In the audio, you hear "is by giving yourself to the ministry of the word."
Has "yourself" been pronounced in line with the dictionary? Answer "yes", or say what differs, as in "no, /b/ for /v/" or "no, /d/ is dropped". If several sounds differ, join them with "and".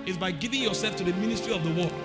yes